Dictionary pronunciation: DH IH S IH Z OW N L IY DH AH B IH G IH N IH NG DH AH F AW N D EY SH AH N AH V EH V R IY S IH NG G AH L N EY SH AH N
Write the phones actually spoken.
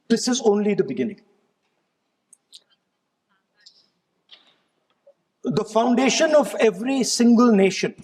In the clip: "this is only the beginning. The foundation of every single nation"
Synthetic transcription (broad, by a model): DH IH S IH Z OW N L IY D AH B IH G IH N IH NG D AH F AW N D EY SH AH N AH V EH V R IY S IH NG G AH L N EY SH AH N